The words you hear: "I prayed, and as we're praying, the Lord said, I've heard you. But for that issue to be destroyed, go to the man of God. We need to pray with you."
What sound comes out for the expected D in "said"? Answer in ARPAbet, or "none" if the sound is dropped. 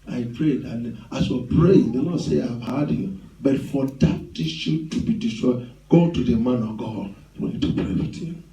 none